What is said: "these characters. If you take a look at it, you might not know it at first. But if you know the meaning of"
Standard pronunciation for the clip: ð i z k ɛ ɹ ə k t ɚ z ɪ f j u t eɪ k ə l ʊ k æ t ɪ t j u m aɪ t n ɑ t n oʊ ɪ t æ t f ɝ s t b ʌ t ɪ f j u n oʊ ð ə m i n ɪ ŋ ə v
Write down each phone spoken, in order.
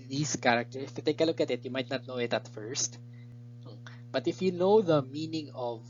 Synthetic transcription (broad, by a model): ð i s k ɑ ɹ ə k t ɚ ɪ f j u t eɪ k ə l ʊ k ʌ t ɪ t j u m aɪ t n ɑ t n oʊ ɪ t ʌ t f ɝ s t b ʌ t ɪ f j u n oʊ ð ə m i n ɪ ŋ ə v